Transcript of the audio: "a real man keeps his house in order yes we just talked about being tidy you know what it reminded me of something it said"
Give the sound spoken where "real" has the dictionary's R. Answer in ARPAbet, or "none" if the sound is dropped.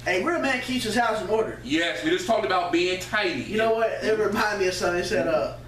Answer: W